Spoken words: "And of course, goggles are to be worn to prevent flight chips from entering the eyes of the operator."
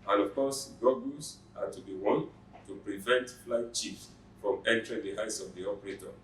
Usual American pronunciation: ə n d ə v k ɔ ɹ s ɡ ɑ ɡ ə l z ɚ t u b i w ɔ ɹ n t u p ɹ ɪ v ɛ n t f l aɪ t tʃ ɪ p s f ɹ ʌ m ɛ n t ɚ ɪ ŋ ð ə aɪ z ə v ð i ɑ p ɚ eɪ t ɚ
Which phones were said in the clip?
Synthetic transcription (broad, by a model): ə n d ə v k ɔ s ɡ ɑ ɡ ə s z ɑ t u b i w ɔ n t u p ɹ ɪ v ɛ n t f l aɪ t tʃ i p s f ɹ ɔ m ɛ n t ɚ ɪ ŋ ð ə aɪ s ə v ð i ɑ p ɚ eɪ t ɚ